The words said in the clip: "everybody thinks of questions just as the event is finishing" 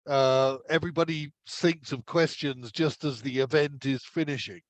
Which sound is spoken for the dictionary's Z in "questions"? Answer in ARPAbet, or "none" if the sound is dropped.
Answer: Z